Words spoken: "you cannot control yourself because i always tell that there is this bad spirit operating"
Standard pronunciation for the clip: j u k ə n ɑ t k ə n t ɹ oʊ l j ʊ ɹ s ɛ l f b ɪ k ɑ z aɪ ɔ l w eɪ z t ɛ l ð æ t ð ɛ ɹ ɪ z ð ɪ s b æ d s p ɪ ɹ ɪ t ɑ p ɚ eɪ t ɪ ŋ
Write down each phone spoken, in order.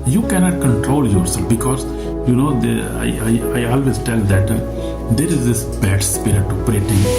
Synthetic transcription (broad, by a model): j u k ə n ɑ t k ə n t ɹ oʊ l j ʊ ɹ s ɛ l f b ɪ k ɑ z aɪ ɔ l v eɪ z t ɛ l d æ t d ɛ ɹ ɪ z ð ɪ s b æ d s p ɪ ɹ ɪ t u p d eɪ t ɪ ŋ